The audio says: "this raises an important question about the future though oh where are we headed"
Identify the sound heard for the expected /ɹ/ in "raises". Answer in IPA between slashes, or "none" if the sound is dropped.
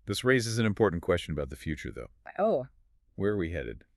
/ɹ/